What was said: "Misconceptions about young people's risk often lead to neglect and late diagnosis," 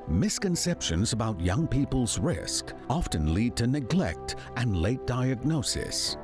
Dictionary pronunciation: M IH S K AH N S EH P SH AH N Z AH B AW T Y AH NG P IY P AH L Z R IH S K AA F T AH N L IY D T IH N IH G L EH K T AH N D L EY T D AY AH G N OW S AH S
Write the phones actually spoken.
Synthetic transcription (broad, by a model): M IH S K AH N S EH P SH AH N Z AH B AW T Y AH NG P IY P AH L Z R IH S K AA F T AH N L IY D T IH N IH G L EH K T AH N L EY T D AY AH G N OW S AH S